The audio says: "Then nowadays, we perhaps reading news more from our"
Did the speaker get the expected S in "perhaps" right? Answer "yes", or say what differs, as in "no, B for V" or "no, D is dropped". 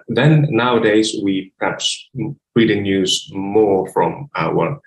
yes